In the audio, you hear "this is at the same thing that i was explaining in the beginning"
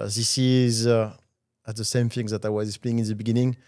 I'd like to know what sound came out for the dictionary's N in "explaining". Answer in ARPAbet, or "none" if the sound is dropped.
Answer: none